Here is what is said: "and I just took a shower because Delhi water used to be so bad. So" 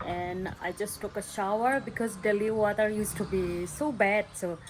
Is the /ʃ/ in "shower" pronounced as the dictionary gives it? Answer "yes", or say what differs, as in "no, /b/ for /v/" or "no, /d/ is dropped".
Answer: yes